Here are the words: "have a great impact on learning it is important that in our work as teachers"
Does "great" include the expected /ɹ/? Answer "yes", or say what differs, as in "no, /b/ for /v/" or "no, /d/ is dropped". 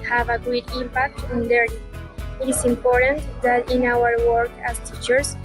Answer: no, /ɹ/ is dropped